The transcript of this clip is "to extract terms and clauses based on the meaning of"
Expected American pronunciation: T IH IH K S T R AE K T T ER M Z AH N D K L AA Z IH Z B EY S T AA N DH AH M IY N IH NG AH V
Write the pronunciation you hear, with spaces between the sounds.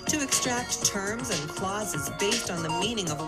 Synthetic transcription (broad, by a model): T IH IH K S T R AE K T T ER M Z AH N K L AA Z IH Z B EY S T N DH AH M IY N IH NG AH V